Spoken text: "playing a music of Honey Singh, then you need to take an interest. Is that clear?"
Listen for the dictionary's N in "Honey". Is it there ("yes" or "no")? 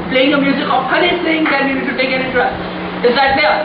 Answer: no